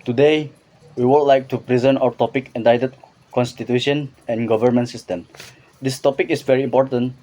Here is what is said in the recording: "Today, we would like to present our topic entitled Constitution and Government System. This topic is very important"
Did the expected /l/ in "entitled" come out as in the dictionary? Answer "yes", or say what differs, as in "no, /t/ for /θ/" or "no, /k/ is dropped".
no, /l/ is dropped